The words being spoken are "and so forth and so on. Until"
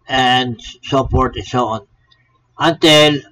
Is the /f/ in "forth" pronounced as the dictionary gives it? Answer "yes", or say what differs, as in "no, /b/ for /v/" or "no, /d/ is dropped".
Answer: no, /p/ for /f/